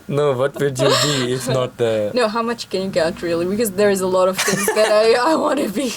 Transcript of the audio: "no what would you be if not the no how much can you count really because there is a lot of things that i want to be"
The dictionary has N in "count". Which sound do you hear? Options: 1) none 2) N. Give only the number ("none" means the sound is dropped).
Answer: 1